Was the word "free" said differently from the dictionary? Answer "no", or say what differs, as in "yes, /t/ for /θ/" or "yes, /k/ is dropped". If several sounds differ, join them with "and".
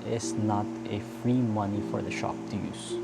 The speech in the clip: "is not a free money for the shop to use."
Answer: no